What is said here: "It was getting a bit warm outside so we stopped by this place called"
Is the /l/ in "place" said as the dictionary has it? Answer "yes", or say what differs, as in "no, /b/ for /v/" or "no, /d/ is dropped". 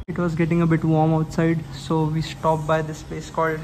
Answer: no, /l/ is dropped